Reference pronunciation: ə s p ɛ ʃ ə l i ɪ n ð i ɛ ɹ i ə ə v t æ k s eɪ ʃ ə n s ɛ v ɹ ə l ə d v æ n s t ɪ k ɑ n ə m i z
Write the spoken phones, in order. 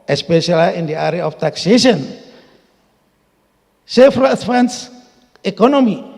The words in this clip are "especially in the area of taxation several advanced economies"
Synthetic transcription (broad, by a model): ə s p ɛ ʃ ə l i ɪ n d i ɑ ɹ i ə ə f t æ k s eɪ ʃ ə n s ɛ f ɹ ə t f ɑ n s ɪ k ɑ n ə m i